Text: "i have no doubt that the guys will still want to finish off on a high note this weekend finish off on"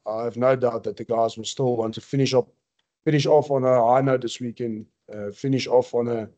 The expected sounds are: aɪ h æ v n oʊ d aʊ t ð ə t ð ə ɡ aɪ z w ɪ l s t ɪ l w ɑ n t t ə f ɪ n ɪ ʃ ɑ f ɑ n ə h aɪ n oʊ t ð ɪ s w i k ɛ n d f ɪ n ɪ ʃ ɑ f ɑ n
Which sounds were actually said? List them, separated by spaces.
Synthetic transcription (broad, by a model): aɪ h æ v n oʊ d aʊ t ð ə t ð ə ɡ aɪ z w ɪ l s t ɪ l w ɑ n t t ə f ɪ n ɪ ʃ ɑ f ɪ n ə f aɪ n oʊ ð ɪ s w i k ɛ n d f ɪ n ɪ ʃ ɑ f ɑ n